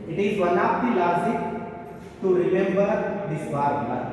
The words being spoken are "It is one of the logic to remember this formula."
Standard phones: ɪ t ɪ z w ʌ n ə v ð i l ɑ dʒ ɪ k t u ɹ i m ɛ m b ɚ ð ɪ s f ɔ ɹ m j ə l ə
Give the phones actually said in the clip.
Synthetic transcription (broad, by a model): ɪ t ɪ z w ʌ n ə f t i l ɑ z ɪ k t u ɹ i m ɛ m b ɚ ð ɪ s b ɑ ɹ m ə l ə